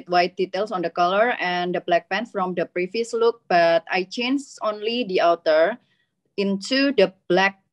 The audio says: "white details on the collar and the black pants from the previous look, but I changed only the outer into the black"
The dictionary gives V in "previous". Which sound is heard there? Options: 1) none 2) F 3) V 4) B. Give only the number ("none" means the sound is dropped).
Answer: 2